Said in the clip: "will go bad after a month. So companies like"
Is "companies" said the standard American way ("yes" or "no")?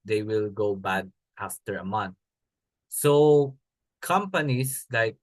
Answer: no